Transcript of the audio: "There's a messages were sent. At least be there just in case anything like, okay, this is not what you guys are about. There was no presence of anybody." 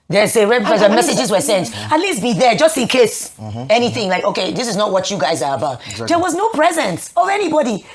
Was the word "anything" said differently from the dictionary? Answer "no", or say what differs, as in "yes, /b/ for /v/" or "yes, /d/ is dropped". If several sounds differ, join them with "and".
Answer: no